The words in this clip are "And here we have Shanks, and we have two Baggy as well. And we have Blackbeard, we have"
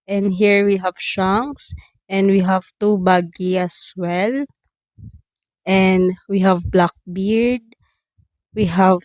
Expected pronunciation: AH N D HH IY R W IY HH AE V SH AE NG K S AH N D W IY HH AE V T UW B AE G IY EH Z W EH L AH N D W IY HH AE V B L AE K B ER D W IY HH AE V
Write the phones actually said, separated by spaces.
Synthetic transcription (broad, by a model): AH N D HH IY R W IY HH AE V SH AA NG S AH N D W IY HH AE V T UW B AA G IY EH S W EH L AH N D W IY HH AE V B L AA K B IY D W IY HH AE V